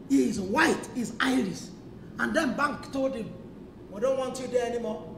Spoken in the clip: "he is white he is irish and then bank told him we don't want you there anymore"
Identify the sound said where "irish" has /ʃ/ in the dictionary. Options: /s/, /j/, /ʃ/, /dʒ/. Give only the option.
/s/